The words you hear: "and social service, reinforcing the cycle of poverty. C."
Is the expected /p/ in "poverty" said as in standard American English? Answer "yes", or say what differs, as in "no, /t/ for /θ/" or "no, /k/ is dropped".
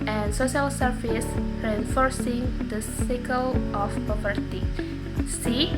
yes